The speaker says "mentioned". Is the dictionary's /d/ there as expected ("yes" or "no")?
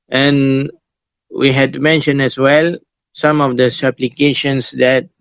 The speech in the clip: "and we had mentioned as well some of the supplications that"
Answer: no